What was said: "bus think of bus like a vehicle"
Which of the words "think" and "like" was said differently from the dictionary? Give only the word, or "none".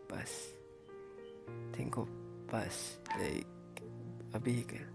think